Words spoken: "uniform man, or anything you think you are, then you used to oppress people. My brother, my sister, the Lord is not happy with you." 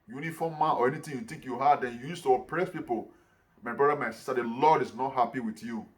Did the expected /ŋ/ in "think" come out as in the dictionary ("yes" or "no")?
no